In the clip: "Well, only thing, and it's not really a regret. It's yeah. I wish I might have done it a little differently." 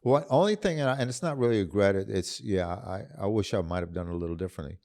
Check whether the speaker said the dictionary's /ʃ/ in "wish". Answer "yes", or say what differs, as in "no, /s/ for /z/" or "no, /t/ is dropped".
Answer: yes